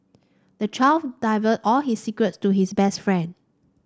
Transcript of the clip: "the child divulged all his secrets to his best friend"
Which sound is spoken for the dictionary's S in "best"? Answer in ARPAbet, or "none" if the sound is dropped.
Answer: S